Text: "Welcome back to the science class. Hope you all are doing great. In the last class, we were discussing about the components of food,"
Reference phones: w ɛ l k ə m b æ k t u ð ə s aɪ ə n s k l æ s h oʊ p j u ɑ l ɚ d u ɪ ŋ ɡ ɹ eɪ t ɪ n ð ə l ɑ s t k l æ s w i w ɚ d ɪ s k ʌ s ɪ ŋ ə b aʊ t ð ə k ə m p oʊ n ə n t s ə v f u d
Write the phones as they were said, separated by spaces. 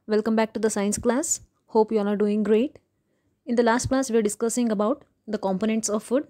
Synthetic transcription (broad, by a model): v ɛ l k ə m b æ k t u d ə s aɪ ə n s k l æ s h oʊ p j u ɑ n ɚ d u ɪ ŋ ɡ ɹ eɪ t ɪ n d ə l ɑ s t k l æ s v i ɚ d ɪ s k ʌ s ɪ ŋ ə b aʊ t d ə k ə m p oʊ n ə n t s ə v f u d